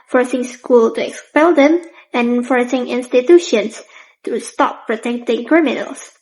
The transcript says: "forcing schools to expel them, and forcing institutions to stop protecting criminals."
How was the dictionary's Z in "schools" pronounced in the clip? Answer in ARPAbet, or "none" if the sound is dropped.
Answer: none